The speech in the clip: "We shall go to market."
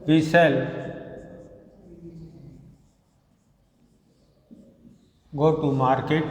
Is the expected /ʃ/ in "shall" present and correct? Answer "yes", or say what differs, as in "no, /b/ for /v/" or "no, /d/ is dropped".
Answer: no, /s/ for /ʃ/